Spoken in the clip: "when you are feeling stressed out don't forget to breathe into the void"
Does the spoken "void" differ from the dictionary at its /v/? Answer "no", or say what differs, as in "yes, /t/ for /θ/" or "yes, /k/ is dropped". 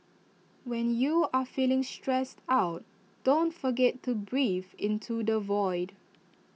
no